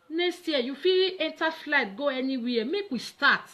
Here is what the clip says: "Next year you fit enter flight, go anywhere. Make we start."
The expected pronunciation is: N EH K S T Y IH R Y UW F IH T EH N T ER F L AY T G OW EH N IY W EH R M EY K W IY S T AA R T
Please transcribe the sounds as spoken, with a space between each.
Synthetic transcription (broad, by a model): N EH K S T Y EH Y UW F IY EH N T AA F L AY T G OW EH N IY W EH M EY K W IY S T AA T